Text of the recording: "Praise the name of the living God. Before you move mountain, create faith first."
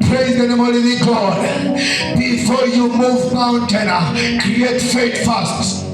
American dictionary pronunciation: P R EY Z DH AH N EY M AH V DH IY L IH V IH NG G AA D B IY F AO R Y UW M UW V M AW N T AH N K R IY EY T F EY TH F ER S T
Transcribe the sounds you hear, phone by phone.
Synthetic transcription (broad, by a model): P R EY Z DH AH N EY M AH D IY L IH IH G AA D B IY F AO R Y UW M UW V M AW N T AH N K R IY EY T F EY T F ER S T